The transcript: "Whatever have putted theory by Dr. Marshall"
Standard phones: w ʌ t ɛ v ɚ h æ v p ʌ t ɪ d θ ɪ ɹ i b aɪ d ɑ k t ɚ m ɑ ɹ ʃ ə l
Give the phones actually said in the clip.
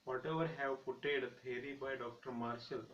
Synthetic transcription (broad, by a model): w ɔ t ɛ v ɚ h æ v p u t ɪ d t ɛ ɹ i b aɪ d ɑ k t ɚ m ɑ ɹ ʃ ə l